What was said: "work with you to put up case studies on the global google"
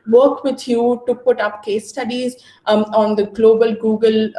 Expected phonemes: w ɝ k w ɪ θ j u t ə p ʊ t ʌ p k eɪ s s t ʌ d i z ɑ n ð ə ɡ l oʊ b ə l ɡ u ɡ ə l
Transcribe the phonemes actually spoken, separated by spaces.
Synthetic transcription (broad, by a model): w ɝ k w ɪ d j u t ə p ʊ t ʌ p k eɪ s s t ʌ d i z ɑ n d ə ɡ l oʊ b ə l ɡ u ɡ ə l